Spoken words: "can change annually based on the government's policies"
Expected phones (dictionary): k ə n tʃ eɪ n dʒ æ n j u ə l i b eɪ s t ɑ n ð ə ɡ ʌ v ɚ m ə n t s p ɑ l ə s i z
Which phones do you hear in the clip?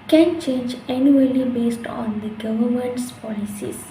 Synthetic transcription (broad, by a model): k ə n tʃ eɪ n dʒ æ n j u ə l i b eɪ s t ɑ n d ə ɡ ʌ v ɚ m ə n t s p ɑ l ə s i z